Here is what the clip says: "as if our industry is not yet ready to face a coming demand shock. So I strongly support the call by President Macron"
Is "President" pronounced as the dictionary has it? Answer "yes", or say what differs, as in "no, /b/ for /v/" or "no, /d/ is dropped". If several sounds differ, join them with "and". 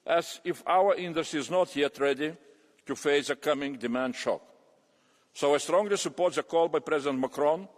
yes